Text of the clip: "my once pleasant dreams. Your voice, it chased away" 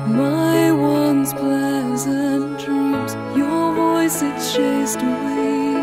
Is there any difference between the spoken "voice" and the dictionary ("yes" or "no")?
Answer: no